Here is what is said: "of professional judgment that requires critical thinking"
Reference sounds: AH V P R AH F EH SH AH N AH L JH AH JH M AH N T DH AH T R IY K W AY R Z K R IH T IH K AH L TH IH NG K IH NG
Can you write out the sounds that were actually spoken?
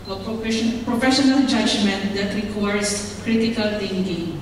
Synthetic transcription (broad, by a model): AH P P R AH F EH SH AH N AH L JH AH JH M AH N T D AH T R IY K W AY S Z K R IH T IH K AH L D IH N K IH